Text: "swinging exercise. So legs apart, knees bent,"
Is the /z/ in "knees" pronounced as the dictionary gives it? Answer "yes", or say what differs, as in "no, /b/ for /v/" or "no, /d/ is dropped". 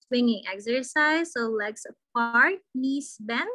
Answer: no, /s/ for /z/